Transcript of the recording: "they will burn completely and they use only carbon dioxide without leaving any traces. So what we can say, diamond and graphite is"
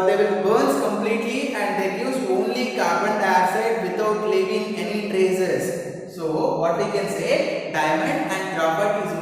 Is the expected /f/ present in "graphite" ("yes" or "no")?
no